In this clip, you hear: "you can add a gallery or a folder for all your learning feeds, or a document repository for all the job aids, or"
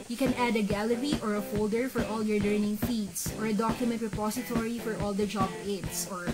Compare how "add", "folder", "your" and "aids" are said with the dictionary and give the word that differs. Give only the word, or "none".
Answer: aids